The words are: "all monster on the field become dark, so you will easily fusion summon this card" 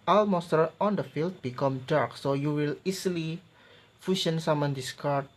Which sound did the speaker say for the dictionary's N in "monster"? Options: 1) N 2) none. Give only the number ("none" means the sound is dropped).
2